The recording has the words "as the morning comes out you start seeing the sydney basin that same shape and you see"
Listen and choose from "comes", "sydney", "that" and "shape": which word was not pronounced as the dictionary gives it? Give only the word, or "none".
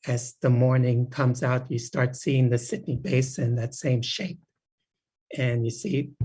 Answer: none